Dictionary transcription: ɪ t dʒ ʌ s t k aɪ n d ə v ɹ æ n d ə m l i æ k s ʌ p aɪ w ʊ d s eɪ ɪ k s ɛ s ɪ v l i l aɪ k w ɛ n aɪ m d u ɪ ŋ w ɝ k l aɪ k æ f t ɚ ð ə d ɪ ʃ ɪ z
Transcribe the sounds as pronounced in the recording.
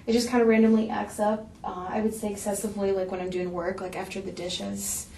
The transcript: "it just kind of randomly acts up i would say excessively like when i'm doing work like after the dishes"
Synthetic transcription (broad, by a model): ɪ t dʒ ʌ s k aɪ n d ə ɹ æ n d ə m l i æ k s ʌ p aɪ w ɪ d s eɪ ɪ k s ɛ s ɪ v l i l aɪ k w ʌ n aɪ m d u ɪ ŋ w ɝ k l aɪ k æ f t ɚ ð ə d ɪ ʃ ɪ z